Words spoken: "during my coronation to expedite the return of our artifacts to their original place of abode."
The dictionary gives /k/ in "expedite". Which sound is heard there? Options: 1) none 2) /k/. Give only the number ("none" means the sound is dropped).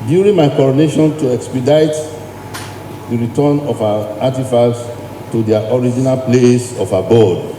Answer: 2